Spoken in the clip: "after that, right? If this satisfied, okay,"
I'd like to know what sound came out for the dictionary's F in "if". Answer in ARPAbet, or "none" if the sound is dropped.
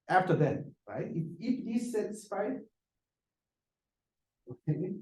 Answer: P